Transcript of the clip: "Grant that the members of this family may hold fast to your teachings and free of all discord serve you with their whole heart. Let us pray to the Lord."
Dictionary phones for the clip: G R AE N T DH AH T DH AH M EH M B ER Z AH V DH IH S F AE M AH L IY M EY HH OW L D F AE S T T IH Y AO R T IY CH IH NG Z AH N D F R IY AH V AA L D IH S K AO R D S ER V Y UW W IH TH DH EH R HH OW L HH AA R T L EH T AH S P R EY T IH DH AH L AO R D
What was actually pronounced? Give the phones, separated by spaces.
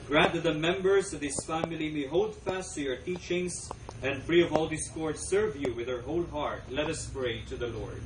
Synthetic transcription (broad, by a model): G R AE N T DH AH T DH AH M EH M B ER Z AH V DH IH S F AE M AH L IY M EY HH OW L D F AE S T T IH Y AO R T IY CH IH NG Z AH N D F R IY AH V AA L D IH S K AO R D S ER V Y UW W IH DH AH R HH OW L HH AA R T L EH T AH S P R EY T IH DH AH L AO R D